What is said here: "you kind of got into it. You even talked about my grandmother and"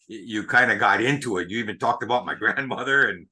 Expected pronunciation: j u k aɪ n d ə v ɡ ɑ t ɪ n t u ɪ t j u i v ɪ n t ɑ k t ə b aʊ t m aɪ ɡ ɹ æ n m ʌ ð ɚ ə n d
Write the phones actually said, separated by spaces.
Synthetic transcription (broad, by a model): j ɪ k aɪ n d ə ɡ ɑ t ɪ n t u ɪ t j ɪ i v ɪ n t ɑ k t ə b aʊ t m aɪ ɡ ɹ æ n m ʌ ð ɚ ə n